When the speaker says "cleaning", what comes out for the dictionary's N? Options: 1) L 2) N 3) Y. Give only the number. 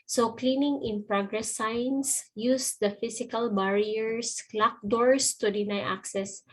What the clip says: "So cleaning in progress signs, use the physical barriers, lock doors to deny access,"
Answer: 2